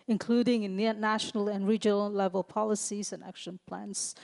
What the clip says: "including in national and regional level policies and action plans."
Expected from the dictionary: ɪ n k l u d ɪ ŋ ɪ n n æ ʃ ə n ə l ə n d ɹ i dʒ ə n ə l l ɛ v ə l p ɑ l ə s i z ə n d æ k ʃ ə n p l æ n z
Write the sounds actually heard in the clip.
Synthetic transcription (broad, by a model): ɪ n k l u d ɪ ŋ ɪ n n æ ʃ ə n ə l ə n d ɹ i dʒ ə n ə l l ɛ v ə l p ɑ l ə s i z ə n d æ k ʃ ə n p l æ n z